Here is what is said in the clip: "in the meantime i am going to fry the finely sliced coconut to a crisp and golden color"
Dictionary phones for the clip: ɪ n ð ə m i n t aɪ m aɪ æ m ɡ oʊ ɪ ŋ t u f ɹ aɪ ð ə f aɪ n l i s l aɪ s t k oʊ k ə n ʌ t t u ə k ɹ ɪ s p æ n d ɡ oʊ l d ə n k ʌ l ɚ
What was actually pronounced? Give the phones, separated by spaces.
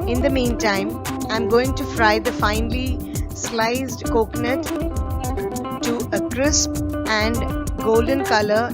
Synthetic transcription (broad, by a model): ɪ n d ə m i n t aɪ m aɪ m ɡ oʊ ɪ ŋ t u f ɹ aɪ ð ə f aɪ n l i s l aɪ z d k oʊ k n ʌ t t u ə k ɹ ɪ s p æ n d ɡ oʊ l d ə n k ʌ l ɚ